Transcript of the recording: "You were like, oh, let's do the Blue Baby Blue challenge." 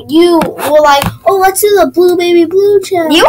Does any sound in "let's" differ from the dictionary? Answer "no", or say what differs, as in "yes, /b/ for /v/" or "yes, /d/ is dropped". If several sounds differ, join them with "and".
yes, /w/ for /l/